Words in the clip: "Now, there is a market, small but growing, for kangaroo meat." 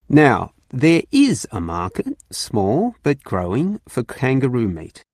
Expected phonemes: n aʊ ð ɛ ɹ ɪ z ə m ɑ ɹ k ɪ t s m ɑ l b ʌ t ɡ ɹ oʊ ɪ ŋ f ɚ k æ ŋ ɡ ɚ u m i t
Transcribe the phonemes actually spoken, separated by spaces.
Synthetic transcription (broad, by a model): n aʊ ð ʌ ɹ ɪ z ə m ɑ ɹ k ɪ t s m ɑ l b ʌ t ɡ ɹ oʊ ɪ ŋ f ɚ k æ ŋ ɡ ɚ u m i t